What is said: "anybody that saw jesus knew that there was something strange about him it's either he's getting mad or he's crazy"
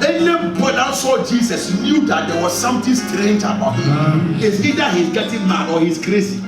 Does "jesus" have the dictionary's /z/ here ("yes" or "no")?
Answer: no